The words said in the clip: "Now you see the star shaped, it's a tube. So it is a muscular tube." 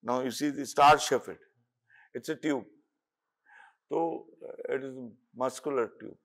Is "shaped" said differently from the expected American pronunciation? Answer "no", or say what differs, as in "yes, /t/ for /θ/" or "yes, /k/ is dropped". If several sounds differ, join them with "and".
yes, /f/ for /p/